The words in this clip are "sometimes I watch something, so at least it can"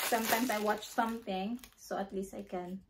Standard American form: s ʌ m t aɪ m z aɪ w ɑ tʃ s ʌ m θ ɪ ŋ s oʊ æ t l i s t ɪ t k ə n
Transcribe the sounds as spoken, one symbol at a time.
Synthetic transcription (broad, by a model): s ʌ m t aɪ m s aɪ w ɑ tʃ s ʌ m θ ɪ ŋ s oʊ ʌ t l i s t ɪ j k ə n